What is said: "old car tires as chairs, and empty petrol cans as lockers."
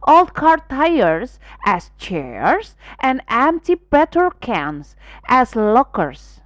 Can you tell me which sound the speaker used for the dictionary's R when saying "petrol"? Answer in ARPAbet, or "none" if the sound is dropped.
none